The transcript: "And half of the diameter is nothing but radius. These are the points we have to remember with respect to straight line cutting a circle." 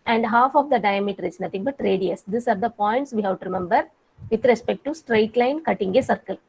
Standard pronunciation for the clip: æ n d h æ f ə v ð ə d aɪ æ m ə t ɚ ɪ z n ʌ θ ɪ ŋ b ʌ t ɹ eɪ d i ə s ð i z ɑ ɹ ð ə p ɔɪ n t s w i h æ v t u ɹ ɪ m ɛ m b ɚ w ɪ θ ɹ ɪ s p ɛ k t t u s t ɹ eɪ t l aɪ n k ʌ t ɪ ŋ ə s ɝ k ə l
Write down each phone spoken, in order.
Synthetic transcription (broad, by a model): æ n d h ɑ f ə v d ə d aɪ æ m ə t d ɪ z n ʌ t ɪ ŋ b ʌ t ɹ eɪ d i ə s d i s ɑ ɹ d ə p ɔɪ n t s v i h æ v t u ɹ ɪ m ɛ m b ɚ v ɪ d ɹ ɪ s p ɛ k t t u s t ɹ eɪ t l aɪ n k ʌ t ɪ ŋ ə s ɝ k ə l